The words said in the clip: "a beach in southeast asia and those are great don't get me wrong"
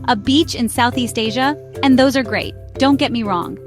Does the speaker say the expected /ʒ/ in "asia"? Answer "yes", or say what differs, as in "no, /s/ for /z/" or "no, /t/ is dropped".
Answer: yes